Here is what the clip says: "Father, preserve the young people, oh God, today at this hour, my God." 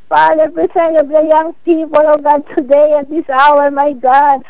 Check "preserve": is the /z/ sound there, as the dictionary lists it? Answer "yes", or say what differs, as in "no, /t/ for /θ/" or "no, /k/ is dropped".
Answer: no, /s/ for /z/